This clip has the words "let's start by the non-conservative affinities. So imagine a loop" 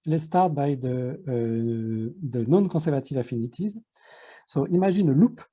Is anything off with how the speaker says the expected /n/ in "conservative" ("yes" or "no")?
yes